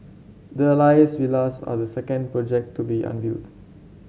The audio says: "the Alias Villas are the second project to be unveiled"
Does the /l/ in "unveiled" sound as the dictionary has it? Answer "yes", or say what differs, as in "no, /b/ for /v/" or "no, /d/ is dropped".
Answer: no, /l/ is dropped